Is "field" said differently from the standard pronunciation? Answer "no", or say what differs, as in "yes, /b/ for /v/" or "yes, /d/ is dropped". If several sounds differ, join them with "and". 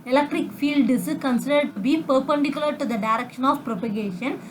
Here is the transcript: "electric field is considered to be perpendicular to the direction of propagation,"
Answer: no